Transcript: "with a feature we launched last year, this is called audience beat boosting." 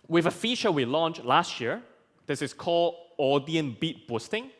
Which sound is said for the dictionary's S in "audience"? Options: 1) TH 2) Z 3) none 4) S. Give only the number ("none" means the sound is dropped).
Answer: 3